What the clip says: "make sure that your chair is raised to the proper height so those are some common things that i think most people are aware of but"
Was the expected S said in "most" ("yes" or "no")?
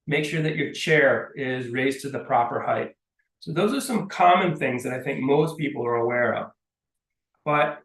yes